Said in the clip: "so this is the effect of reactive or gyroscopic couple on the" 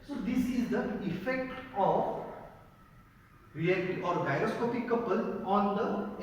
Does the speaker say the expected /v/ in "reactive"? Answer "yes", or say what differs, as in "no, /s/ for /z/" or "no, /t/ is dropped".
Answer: no, /v/ is dropped